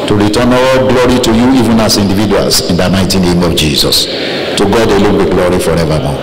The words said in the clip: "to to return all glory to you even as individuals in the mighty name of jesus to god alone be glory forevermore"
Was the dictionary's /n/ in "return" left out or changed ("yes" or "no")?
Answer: yes